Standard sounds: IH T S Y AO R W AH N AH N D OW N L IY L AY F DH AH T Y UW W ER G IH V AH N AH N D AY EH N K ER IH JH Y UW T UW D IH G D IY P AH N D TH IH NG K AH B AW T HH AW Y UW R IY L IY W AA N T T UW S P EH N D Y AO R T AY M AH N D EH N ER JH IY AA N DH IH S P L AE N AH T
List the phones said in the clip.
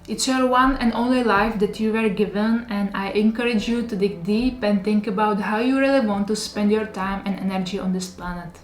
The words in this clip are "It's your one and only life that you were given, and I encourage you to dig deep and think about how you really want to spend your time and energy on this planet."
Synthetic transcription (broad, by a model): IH T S Y AO R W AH N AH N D OW N L IY L AY F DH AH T Y UW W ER G IH V AH N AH N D AY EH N K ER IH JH Y UW T UW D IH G D IY P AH N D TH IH NG K AH B AW T HH AW Y UW R IY L IY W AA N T T UW S P EH N D Y AO R T AY M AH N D EH N ER JH IY AA N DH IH S P L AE N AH T